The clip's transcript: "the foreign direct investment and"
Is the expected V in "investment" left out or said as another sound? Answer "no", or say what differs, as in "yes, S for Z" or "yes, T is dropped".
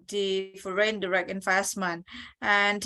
yes, F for V